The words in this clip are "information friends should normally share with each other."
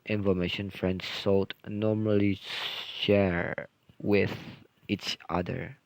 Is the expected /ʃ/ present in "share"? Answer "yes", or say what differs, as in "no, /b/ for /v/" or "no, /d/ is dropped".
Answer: yes